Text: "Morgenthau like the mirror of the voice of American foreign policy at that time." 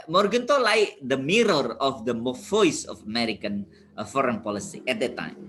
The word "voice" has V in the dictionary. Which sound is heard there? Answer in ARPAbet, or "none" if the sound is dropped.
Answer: F